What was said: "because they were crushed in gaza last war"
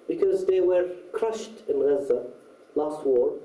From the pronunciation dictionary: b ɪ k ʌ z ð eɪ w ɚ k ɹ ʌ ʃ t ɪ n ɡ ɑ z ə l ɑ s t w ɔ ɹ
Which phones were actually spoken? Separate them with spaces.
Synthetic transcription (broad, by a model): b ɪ k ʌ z ð eɪ w ɚ k ɹ ʌ ʃ t ɪ n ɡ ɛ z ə l ɑ s t w ɔ ɹ